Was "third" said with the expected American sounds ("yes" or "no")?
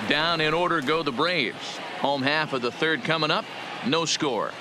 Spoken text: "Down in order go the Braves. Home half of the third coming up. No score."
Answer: yes